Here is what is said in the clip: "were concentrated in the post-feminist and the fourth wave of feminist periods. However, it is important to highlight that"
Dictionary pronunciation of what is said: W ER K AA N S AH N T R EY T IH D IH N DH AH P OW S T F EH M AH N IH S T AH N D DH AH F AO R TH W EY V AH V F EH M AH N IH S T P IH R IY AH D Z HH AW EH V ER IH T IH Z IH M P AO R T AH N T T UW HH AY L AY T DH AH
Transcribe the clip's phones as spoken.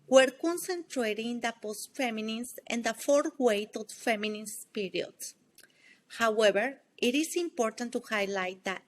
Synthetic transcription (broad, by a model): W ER K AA N S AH N T R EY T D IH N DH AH P OW S T F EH M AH N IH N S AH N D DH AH F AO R W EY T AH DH F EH M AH N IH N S P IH R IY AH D S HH AW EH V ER IH T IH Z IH M P AO R T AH N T T UW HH AY L AY T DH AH